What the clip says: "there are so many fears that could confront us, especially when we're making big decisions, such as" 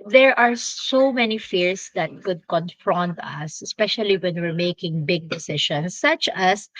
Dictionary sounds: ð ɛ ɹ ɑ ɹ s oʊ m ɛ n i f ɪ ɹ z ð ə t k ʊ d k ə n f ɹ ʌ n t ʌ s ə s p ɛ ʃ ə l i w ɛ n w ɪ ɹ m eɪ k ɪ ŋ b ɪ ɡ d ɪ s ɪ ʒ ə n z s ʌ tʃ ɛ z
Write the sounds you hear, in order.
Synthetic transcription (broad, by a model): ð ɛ ɹ ɑ ɹ s oʊ m ɛ n i f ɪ ɹ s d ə t k ʊ d k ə n f ɹ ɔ n t ʌ s ə s p ɛ ʃ ə l i w ɛ n w ɪ ɹ m eɪ k ɪ ŋ b ɪ ɡ d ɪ s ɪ ʃ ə n s ʌ tʃ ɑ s